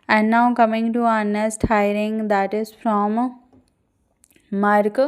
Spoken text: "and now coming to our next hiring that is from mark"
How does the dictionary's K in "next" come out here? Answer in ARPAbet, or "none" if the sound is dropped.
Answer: none